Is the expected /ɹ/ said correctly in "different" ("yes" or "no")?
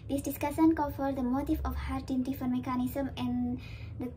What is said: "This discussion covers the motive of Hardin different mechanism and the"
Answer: no